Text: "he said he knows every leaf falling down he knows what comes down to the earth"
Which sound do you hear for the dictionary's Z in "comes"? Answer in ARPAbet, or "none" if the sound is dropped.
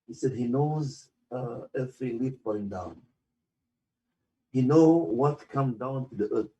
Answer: none